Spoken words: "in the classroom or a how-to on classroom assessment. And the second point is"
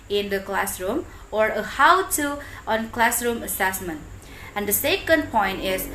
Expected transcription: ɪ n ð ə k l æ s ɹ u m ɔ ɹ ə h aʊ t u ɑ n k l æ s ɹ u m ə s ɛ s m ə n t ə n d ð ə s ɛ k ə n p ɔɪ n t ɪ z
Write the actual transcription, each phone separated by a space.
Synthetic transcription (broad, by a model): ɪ n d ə k l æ s ɹ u m ɔ ɹ ə h aʊ t u ɑ n k l æ s ɹ u m ə s ɛ s m ə n t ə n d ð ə s ɛ k ə n p ɔɪ n t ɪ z